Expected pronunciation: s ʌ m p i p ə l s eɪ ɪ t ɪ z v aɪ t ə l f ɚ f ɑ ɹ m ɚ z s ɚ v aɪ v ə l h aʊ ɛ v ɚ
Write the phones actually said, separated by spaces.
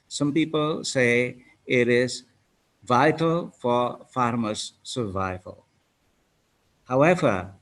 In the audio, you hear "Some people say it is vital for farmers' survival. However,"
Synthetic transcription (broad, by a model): s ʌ m p i p ə l s eɪ ɪ t ɪ z v aɪ t ə l f ɚ f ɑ ɹ m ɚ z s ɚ v aɪ v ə l h aʊ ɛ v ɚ